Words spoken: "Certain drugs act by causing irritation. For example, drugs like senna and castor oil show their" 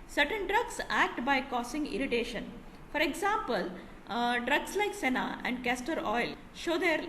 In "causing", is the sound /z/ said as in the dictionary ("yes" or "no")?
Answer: no